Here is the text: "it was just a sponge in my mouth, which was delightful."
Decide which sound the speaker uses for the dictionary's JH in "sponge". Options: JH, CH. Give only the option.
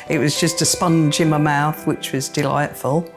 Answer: JH